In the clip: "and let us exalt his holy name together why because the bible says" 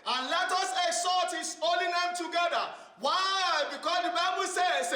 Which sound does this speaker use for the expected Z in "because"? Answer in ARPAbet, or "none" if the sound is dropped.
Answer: S